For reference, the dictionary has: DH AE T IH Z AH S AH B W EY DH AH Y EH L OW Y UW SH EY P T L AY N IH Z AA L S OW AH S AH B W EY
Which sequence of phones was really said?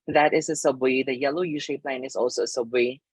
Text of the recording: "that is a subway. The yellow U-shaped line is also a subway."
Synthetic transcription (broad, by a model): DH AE T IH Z AH S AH B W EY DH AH Y EH L OW Y UW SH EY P L AY N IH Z AA L S OW AH S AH B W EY